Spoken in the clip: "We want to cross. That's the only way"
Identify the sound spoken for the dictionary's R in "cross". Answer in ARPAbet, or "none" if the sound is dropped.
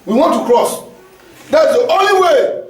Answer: R